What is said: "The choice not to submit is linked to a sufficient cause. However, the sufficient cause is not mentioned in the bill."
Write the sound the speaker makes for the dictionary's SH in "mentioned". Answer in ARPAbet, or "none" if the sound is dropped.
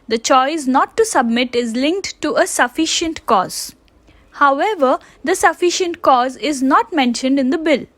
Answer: SH